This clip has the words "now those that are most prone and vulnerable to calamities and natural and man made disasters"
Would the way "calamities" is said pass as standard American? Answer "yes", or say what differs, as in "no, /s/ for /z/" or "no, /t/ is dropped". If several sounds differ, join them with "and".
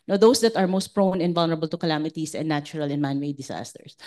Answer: no, /s/ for /z/